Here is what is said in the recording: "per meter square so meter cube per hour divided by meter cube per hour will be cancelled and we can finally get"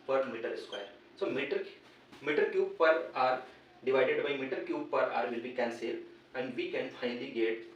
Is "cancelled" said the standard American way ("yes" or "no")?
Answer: no